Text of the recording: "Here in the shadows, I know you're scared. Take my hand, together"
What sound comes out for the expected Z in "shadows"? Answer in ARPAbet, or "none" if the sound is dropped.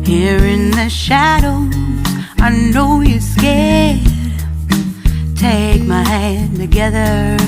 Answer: none